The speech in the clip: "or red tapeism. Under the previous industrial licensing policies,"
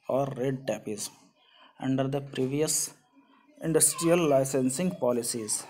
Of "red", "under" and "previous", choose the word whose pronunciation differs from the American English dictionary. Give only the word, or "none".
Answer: none